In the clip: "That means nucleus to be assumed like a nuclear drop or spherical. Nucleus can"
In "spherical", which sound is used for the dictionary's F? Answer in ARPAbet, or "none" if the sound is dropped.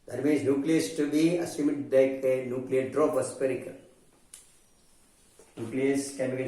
P